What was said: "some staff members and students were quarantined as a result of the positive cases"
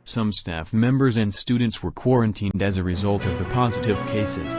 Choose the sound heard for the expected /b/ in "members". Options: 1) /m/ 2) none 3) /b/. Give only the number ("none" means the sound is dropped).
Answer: 3